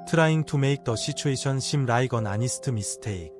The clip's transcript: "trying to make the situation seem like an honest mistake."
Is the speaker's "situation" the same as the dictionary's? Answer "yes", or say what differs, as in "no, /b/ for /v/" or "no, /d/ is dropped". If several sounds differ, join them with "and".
no, /ʃ/ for /s/